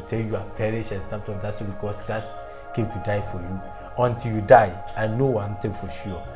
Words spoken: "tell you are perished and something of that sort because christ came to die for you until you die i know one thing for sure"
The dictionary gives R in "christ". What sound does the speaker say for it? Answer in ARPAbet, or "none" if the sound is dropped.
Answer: none